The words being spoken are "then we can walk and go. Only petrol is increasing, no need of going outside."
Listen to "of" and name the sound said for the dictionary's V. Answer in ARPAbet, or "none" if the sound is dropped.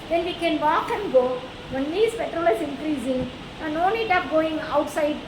P